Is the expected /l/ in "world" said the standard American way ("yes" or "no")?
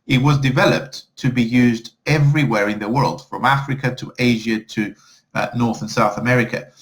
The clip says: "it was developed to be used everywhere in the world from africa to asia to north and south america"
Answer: yes